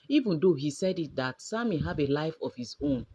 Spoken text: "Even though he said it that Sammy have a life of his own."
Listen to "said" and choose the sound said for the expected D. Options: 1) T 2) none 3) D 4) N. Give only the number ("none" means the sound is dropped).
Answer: 3